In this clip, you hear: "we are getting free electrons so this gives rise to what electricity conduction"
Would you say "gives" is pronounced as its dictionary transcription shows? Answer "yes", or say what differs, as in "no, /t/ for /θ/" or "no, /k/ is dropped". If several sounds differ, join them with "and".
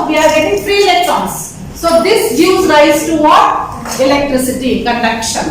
no, /v/ is dropped